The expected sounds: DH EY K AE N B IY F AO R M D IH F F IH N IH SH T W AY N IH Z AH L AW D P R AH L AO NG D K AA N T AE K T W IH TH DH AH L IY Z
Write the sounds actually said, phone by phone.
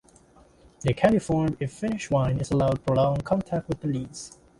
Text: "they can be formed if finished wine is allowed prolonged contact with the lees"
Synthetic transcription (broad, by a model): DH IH K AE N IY F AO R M IH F F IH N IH SH W AY N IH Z AH L AW D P AH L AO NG K AA N T AE K T W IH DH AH L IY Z